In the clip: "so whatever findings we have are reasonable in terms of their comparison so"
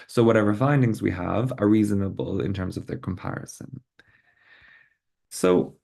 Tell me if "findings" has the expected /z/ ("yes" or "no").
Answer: yes